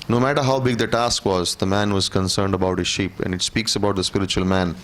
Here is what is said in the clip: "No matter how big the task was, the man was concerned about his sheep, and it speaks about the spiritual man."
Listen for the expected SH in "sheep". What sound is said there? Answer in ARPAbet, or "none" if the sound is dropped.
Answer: SH